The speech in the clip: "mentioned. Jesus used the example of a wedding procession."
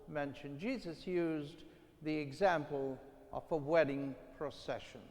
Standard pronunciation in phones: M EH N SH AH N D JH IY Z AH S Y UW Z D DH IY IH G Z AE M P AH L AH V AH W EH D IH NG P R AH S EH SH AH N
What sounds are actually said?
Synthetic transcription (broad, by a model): M EH N SH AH N JH IY Z AH S Y UW Z DH IY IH G Z AE M P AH L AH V AH W EH D IH NG P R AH S EH SH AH N